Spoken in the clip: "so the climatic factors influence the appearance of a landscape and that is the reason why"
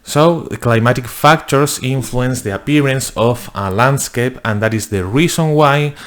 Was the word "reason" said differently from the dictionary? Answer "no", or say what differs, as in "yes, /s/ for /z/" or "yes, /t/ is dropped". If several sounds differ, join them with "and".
yes, /s/ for /z/